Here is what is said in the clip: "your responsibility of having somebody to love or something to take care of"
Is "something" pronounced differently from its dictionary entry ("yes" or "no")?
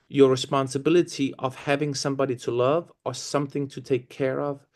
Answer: no